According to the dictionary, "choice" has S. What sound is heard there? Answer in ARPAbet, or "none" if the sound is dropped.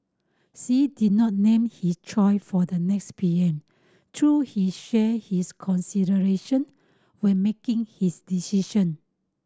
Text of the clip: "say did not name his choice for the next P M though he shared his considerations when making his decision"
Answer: none